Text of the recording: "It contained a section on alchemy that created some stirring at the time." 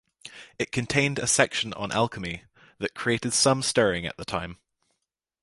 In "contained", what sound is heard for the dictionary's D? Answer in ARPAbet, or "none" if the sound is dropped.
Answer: D